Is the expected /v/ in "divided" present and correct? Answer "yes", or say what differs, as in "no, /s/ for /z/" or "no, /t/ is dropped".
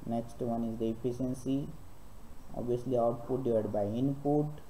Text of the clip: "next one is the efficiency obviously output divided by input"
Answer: no, /v/ is dropped